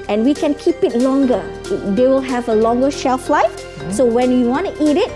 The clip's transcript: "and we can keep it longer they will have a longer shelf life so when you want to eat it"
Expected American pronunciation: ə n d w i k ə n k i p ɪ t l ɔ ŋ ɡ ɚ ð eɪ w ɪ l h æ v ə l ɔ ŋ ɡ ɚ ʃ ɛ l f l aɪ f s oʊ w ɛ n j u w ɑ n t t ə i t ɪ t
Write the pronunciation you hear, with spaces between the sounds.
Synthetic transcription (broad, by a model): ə n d w i k ə n k i p ɪ t l ɔ ŋ ɡ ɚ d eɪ w ɪ l h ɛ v ə l ɔ ŋ ɡ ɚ ʃ ɛ l f l aɪ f s oʊ w ɛ n j u w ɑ n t t ə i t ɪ t